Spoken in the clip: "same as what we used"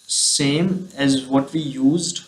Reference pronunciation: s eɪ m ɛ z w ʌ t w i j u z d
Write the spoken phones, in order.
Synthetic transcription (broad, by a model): s eɪ m ɛ z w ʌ t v i j u z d